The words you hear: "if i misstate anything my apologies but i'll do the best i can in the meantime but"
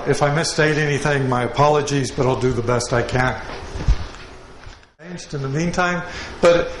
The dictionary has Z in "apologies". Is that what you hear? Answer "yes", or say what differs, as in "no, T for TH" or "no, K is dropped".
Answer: yes